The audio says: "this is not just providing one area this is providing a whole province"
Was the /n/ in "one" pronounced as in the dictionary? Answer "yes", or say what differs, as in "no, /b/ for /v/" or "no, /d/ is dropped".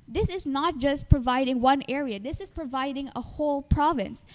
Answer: yes